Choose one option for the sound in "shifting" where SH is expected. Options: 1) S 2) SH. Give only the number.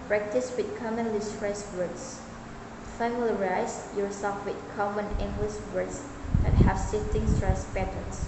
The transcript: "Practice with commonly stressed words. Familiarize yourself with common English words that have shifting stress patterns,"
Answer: 1